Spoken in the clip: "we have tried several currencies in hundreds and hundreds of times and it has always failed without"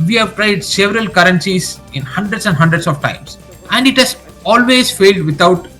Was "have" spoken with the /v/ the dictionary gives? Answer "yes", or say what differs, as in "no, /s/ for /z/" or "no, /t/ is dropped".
yes